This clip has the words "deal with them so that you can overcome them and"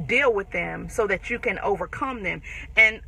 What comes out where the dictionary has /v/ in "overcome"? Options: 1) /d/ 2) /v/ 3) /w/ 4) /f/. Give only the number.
2